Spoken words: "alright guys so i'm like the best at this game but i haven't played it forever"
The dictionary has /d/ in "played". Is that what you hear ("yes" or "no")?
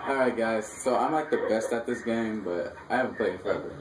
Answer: no